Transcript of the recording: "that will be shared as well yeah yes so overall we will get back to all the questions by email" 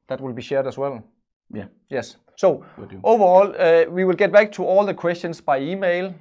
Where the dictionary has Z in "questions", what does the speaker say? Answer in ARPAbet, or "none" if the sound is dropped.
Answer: S